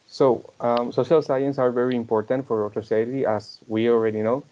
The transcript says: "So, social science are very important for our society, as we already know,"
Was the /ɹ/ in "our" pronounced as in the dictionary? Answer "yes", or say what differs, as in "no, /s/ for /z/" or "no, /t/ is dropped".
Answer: yes